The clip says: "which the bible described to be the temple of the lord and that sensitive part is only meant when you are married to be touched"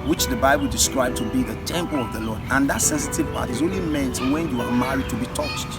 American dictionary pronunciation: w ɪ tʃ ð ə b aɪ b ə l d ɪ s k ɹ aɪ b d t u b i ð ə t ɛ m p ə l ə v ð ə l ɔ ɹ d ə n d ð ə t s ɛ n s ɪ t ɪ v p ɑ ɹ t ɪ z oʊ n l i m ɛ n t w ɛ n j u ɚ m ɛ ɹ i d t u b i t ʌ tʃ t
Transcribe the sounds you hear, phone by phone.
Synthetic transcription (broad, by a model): w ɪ tʃ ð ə b aɪ b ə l d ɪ s k ɹ aɪ b t u b i ð ə t ɛ m p ə l ə v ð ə l ɔ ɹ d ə n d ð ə t s ɛ n s ɪ t ɪ v p ɑ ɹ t ɪ z oʊ n l i m ɛ n t w ɛ n j u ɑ m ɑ ɹ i d t u b i t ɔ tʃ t